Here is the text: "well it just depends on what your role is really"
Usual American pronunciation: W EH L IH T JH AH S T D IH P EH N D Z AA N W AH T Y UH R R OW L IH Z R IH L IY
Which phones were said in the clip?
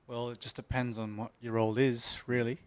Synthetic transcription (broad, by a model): W EH L IH T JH AH S D IH P EH N D Z N W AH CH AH R R OW L IH Z R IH L IY